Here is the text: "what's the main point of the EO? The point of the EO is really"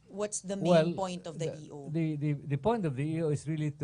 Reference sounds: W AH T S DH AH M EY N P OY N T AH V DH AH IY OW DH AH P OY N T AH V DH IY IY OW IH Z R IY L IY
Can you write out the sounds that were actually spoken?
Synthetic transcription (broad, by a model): W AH T S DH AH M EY L P OY N T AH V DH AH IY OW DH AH P OY N T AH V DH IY IY OW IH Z R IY L IY